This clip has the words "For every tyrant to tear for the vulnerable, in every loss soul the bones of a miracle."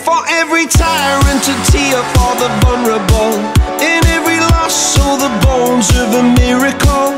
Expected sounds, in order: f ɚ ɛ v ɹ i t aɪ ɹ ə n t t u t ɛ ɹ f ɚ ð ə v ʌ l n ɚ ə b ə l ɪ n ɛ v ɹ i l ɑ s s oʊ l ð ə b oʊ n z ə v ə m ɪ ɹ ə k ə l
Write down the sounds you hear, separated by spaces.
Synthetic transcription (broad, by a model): f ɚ ɛ v ɹ i t aɪ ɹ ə n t t u t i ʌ f ɚ ð ə v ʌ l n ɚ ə b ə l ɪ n ɛ v ɹ i l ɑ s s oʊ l ð ə b oʊ n z ə v ə m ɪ ɹ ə k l